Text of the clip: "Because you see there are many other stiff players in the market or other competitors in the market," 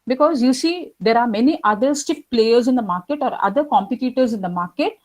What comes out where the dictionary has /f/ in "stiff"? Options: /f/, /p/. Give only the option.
/p/